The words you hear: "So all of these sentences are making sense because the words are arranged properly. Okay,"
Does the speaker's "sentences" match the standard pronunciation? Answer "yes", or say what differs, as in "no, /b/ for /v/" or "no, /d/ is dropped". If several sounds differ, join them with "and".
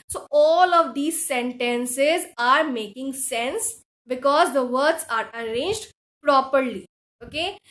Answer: yes